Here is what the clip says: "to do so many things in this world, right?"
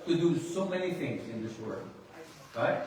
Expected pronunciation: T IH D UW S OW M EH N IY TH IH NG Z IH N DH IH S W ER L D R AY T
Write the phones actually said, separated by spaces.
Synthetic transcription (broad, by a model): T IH D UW S OW M EH N IY TH IH NG Z IH N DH IH S W ER L D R AY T